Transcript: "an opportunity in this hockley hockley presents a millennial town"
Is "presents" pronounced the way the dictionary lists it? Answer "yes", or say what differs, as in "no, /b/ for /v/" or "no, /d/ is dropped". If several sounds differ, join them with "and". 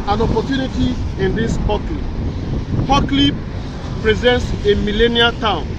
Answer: yes